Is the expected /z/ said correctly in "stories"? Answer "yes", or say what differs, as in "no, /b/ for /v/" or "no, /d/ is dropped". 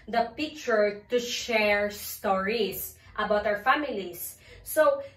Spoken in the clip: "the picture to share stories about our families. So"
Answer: no, /s/ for /z/